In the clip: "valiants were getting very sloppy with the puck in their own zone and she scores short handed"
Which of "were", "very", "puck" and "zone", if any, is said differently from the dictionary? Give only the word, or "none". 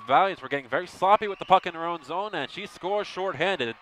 none